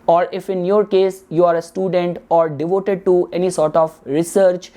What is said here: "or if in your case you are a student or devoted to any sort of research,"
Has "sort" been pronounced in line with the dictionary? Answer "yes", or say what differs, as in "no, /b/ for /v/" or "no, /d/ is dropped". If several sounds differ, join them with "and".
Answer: yes